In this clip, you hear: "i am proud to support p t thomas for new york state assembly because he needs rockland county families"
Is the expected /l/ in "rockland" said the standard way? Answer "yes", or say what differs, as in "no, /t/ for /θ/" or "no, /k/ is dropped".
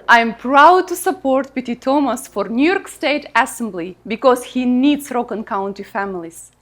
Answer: no, /l/ is dropped